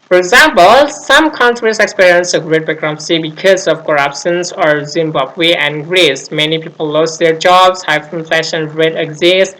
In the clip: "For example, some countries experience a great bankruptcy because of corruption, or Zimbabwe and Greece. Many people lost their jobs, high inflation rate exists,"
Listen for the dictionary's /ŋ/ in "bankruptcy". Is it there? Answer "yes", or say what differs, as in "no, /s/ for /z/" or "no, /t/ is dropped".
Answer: no, /ŋ/ is dropped